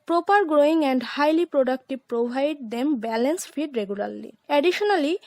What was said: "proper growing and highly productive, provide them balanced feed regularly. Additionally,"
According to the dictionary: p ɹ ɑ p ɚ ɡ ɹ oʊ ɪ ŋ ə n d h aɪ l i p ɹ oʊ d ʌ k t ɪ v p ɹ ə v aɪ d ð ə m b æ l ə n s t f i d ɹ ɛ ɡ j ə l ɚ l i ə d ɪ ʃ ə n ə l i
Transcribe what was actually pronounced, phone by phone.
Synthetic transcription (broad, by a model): p ɹ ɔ p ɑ ɡ ɹ oʊ ɪ ŋ ə n d h aɪ l i p ɹ oʊ d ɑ k t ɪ p ɹ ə b aɪ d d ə m b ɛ l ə n s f i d ɹ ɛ ɡ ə l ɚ l i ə d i ʃ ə n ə l i